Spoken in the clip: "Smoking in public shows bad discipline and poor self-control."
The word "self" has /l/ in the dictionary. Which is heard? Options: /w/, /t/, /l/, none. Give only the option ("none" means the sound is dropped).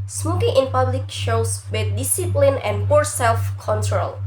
/l/